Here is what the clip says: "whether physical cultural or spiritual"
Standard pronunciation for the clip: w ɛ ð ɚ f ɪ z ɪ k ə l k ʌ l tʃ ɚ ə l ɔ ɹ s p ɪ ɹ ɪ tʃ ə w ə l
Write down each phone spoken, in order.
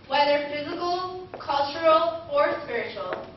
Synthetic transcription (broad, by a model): w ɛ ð ɚ f ɪ z ɪ k ə l k ʌ l tʃ ɚ ə l ɔ ɹ s p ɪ ɹ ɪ tʃ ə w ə l